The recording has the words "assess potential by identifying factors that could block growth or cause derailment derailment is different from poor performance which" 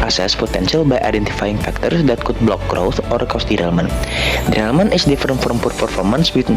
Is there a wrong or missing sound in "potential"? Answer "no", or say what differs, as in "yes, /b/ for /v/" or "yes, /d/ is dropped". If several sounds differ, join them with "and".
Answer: yes, /s/ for /ʃ/